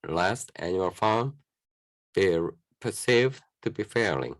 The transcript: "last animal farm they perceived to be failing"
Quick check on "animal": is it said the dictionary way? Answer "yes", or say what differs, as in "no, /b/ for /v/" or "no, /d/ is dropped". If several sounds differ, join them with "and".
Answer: no, /m/ is dropped